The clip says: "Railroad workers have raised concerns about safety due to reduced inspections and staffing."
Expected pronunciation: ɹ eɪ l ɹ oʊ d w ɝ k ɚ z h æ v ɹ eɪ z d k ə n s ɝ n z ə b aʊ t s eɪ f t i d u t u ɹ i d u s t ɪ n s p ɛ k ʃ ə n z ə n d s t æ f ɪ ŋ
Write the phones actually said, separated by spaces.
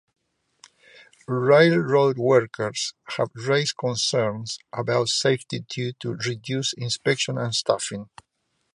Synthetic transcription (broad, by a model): ɹ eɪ l ɹ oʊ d w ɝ k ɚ s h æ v ɹ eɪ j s k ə n s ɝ n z ə b aʊ t s eɪ f t i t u t u ɹ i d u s ɪ n s p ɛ k ʃ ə n ə n s t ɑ f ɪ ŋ